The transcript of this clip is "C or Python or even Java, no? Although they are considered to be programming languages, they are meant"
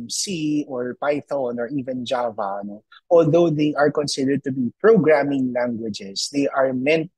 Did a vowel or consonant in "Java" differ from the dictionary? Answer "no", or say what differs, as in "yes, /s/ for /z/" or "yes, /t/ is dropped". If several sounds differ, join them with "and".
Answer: no